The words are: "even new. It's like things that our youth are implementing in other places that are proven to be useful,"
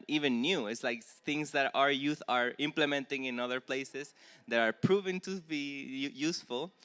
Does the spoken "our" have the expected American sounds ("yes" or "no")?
yes